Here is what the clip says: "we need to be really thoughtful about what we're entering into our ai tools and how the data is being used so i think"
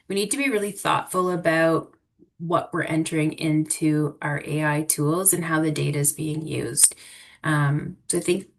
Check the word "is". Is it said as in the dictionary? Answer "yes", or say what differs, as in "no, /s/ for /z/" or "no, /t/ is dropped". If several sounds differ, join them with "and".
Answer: yes